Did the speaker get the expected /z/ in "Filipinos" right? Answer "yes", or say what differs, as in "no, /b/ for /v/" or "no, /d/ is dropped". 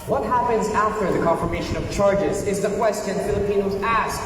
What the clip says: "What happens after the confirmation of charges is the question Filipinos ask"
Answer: yes